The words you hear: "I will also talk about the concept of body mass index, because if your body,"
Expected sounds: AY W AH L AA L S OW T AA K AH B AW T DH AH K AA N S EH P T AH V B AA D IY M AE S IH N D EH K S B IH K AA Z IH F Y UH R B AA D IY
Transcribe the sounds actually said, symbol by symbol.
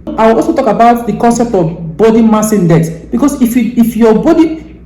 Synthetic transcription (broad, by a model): AY W AH L AA L S OW T AA K AH B AW T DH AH K AA N S EH P T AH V B AA D IY M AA S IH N D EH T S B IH K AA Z IH F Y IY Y B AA D IY